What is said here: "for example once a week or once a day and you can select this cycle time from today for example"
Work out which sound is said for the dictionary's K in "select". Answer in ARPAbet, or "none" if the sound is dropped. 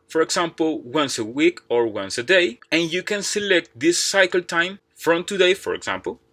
K